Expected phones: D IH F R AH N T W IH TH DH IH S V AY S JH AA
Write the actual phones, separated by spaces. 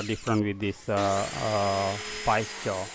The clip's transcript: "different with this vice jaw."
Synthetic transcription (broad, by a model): D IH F R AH N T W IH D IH S P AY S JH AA